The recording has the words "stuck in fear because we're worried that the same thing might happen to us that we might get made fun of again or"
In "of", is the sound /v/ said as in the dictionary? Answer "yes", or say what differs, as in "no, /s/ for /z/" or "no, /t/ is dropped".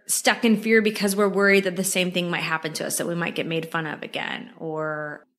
yes